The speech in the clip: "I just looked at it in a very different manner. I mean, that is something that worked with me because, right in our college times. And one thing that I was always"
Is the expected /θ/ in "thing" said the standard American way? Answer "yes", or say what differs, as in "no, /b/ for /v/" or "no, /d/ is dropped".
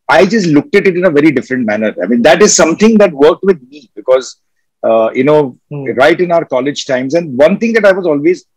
no, /t/ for /θ/